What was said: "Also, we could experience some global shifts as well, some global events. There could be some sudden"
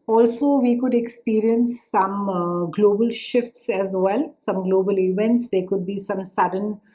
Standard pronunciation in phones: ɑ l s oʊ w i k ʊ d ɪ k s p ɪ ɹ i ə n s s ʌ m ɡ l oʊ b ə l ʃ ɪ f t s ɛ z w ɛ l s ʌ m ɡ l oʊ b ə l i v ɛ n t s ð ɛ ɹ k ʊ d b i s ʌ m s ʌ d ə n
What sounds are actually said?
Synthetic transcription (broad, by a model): ɑ l s oʊ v i k ʊ d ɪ k s p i ɹ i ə n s s ʌ m ɡ l oʊ b ə l ʃ ɪ f t s ɛ z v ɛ l s ʌ m ɡ l oʊ b ə l i v ɛ n t s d ɛ k ʊ d b i s ʌ m s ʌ d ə n